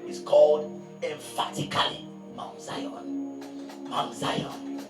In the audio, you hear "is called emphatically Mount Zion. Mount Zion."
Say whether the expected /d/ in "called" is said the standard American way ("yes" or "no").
yes